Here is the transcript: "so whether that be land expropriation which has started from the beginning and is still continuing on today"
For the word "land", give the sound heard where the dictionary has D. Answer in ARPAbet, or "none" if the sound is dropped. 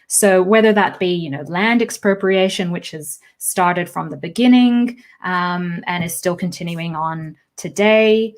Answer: D